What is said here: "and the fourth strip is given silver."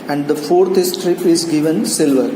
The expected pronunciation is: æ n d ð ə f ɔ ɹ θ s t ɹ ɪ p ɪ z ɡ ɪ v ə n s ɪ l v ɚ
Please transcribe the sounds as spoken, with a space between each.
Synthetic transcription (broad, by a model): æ n d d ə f ɔ ɹ t s t ɹ ɪ p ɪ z ɡ ɪ v ə n s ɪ l v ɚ